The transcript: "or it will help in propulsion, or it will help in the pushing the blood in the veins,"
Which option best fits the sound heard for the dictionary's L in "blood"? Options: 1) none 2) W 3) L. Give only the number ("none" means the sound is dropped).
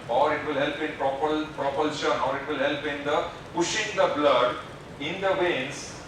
3